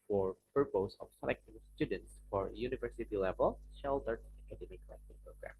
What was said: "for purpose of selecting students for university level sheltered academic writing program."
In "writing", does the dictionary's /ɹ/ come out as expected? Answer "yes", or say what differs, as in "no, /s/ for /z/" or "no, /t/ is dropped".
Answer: no, /l/ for /ɹ/